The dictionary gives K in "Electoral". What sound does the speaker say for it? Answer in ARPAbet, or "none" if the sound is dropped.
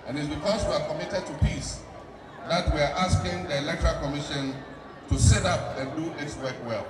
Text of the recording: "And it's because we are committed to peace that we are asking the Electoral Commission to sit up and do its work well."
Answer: K